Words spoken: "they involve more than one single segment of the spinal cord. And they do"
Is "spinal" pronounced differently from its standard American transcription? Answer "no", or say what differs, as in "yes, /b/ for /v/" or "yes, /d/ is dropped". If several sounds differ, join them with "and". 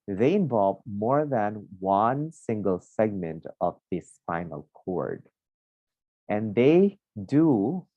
yes, /f/ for /p/